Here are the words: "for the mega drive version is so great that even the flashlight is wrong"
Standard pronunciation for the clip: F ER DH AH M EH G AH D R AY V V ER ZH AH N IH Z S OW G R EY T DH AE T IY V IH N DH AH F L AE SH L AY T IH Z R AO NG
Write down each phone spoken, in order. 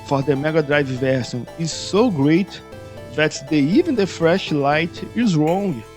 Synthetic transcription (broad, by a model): F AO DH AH M EH G AH D R AY V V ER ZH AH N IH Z S OW G R EY T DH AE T IY V IH N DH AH F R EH SH L AY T IH Z R AO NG